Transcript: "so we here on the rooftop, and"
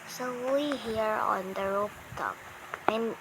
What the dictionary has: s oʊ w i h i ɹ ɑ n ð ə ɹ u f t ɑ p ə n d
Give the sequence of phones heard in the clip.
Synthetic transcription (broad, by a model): s oʊ w i h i ɹ ɑ n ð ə ɹ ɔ p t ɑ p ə n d